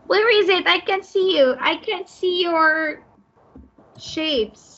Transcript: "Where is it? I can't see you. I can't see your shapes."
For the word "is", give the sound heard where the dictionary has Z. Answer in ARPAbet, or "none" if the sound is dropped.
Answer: Z